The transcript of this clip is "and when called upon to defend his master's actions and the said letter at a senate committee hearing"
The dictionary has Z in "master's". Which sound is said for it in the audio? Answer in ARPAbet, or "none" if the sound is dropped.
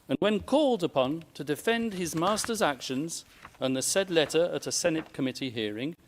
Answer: Z